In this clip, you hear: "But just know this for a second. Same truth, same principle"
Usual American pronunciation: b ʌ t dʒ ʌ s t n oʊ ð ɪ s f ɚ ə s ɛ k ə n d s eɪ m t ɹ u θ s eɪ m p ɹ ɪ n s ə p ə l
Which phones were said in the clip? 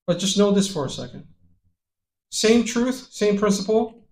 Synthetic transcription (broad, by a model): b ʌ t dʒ ʌ s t n oʊ ð ɪ s f ɚ ə s ɛ k ə n d s eɪ m t ɹ u θ s eɪ m p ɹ ɪ n s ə p l